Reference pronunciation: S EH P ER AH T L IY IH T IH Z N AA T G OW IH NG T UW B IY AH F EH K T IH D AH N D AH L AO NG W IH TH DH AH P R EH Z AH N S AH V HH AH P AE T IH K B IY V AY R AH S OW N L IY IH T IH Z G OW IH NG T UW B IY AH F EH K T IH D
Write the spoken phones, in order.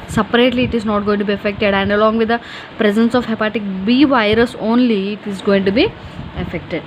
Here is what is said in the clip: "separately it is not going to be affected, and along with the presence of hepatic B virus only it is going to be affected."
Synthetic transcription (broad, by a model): S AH P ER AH T L IY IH T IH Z N AA T G OW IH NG T UW B IY AH F EH K T IH D AH N D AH L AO NG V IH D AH P R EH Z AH N S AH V HH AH P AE T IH K B IY V AY R AH S OW N L IY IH T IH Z G OW IH NG T UW B IY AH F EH K T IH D